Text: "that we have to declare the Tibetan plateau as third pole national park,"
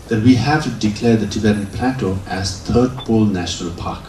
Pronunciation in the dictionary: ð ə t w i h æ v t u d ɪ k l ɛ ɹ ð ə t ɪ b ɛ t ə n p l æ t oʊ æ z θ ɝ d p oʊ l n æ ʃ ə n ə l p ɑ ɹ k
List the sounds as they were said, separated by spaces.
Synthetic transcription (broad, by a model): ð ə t w i h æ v t u d ɪ k l ɛ ɹ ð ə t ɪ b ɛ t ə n p l æ t oʊ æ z t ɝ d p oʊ l n æ ʃ ə n ə l p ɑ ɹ k